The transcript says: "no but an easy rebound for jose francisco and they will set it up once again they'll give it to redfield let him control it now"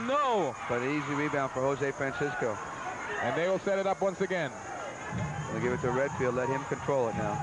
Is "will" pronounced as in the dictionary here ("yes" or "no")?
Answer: yes